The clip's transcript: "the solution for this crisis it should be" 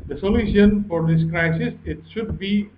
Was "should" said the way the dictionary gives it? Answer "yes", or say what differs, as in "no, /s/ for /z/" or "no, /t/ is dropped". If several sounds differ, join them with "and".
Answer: yes